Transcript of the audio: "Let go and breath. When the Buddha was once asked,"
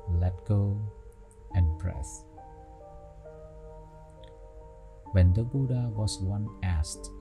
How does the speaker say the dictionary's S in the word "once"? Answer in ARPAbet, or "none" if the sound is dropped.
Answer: none